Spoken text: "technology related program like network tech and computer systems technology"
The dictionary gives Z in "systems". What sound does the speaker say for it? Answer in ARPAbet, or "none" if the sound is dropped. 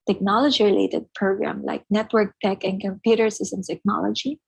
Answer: none